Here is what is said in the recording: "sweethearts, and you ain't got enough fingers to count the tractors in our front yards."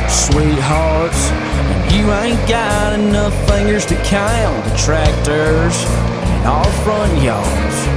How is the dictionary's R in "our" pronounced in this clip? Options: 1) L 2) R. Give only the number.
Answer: 1